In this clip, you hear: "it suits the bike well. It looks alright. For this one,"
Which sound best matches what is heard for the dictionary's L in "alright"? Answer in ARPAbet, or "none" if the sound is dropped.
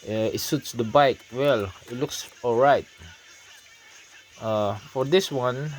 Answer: L